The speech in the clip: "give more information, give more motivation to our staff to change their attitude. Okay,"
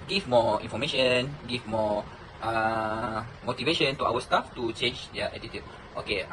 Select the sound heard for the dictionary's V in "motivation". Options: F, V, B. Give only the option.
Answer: V